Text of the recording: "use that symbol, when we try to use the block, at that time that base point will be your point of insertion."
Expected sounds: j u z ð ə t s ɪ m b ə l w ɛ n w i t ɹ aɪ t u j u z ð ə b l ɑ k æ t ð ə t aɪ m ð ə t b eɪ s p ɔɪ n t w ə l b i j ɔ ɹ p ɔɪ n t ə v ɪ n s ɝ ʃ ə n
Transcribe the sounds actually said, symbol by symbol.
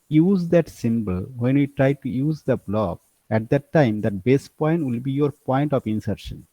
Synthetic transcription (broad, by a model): j u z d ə t s ɪ m b ə l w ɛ n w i t ɹ aɪ t u j u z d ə b l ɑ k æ t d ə t aɪ m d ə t b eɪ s p ɔɪ n t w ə l b i j ɔ ɹ p ɔɪ n t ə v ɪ n s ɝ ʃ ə n